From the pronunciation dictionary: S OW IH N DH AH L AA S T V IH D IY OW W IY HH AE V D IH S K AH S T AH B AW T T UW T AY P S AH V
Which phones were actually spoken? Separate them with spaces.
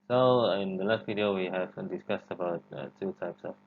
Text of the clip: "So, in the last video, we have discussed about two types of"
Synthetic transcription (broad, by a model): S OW IH N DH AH L AA S T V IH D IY OW W IY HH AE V D IH S K AH S T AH B AW T T UW T AY P S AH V